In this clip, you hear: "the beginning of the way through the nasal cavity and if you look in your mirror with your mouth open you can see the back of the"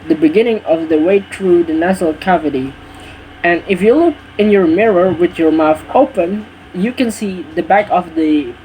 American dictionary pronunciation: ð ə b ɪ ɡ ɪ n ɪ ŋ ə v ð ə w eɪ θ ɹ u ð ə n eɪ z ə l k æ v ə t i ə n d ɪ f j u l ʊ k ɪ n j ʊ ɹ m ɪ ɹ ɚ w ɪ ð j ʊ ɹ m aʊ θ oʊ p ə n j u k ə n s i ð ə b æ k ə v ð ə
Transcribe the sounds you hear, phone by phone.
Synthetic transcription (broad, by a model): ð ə b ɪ ɡ ɪ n ɪ ŋ ə v ð ə w eɪ θ ɹ u ð ə n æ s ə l k æ v ə t i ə n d ɪ f j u l ʊ k ɪ n j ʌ ɹ m ɪ ɹ ɚ w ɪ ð j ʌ ɹ m aʊ θ oʊ p ə n j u k ə n s i ð ə b æ k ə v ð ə